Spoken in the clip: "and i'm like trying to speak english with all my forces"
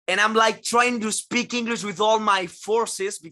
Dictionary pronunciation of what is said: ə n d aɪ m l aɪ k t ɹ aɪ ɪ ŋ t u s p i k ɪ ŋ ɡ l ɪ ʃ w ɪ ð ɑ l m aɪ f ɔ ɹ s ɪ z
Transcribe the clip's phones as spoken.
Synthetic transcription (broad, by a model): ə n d aɪ m l aɪ k t ɹ aɪ ɪ ŋ t u s p i k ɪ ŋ ɡ l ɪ s w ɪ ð ɑ l m aɪ f ɔ ɹ s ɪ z